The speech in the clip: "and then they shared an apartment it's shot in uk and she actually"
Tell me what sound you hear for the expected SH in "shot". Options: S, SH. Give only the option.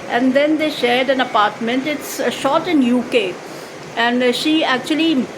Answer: SH